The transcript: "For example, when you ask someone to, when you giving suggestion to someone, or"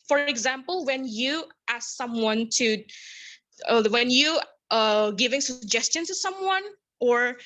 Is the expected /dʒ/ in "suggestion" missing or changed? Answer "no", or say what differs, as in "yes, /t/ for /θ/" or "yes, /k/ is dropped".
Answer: no